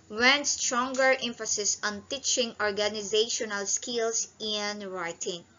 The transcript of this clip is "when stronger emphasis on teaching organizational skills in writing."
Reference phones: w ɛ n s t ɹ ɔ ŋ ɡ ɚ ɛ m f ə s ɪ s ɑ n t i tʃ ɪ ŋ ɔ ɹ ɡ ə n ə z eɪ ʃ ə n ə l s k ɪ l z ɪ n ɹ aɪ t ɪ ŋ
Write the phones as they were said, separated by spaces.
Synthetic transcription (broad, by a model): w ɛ n s t ɹ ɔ ŋ ɡ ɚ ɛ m f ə s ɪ s ɑ n t i tʃ ɪ ŋ ɔ ɹ ɡ ə n ə z eɪ ʃ ə n ə l s k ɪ l s ɪ n ɹ aɪ t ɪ ŋ